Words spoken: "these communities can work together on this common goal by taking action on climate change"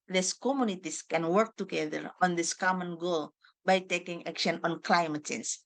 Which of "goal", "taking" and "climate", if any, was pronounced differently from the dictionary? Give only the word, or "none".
none